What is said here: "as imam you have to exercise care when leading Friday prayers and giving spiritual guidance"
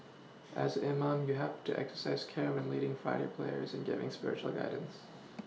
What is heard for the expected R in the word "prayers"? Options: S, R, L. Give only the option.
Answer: L